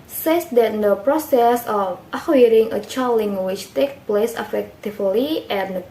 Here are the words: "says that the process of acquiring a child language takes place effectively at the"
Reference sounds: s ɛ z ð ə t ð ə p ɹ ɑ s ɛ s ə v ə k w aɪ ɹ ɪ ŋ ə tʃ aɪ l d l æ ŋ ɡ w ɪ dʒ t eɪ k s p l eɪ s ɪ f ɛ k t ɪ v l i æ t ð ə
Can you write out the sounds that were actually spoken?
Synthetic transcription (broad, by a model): s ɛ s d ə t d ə p ɹ ɑ s ɛ s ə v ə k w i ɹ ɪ ŋ ə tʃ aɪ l l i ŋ w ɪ tʃ t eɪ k p l eɪ s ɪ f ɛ k t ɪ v l i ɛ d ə